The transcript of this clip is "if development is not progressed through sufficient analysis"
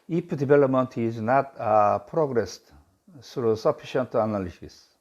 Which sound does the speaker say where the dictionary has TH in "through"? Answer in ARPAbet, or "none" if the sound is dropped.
S